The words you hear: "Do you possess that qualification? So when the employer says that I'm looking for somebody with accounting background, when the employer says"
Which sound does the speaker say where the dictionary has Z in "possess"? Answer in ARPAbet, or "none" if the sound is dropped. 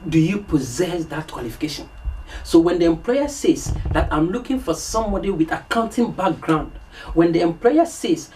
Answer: Z